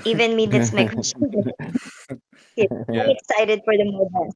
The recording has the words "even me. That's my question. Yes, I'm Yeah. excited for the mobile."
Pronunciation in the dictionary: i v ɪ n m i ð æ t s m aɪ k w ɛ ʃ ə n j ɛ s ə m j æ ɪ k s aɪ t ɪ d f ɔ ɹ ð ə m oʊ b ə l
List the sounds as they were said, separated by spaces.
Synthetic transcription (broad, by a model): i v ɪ n m i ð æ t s m aɪ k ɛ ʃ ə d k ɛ ə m ɪ k s aɪ t ɪ d f ɔ ɹ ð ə m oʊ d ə